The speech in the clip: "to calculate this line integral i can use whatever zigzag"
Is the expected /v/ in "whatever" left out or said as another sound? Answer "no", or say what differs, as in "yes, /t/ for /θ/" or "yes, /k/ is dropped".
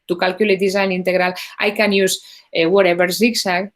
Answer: yes, /b/ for /v/